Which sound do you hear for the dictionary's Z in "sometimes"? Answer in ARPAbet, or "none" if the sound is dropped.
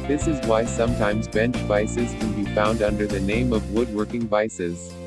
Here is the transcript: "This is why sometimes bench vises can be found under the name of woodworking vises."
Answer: Z